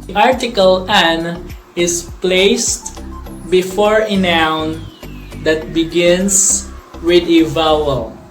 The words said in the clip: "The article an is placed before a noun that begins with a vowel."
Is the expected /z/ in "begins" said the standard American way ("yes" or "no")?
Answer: no